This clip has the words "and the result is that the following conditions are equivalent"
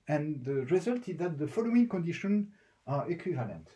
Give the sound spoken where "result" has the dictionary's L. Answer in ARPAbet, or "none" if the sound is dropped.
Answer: L